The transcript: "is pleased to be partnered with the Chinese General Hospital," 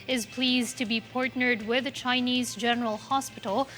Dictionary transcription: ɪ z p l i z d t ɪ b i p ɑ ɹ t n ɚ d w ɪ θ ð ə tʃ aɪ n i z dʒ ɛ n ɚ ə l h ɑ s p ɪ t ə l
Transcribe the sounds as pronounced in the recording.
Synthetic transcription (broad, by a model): ɪ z p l i z t ɪ b i p ɑ ɹ t n ɚ d w ɪ ð ə tʃ aɪ n i z dʒ ɛ n ɚ ə l h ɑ s p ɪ t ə l